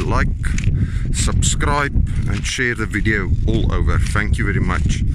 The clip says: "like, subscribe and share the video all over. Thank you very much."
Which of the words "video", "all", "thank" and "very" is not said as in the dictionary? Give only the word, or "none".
none